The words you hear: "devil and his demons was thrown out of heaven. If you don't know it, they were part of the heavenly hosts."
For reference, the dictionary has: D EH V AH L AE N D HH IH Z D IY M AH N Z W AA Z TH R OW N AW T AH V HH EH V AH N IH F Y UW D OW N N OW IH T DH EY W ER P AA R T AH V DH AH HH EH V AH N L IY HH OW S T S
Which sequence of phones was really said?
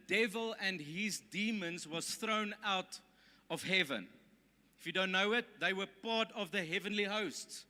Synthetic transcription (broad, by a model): D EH V AH L AE N D HH IH Z D IY M AH N Z W AA Z TH R OW N AW T AH V HH EH V AH N IH F Y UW D OW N N OW IH T DH EY W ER P AA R T AH V DH AH HH EH V AH N L IY HH OW S T S